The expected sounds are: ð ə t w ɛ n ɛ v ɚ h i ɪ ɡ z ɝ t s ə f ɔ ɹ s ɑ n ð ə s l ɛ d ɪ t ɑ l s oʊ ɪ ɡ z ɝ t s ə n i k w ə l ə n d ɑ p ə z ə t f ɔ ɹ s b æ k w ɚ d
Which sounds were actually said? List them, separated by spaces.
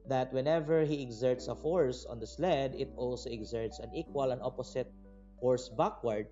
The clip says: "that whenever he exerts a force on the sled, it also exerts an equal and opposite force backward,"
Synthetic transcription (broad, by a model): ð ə t w ɛ n ɛ v ɚ h i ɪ ɡ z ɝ t s ə f ɔ ɹ s ɑ n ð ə s l ɛ d ɪ t ɑ l s oʊ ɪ ɡ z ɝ t s ə n i k w ə l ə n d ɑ p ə s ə t f ɔ ɹ s b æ k w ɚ d